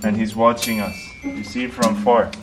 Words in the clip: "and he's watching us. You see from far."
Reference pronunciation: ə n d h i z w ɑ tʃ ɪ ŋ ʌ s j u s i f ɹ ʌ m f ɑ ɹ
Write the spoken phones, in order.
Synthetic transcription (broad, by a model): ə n h i z w ɑ tʃ ɪ ŋ ʌ s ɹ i s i f ɹ ʌ m f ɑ ɹ